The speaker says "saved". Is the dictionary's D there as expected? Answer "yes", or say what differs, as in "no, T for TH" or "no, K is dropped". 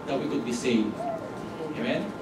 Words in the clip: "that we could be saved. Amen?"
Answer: no, D is dropped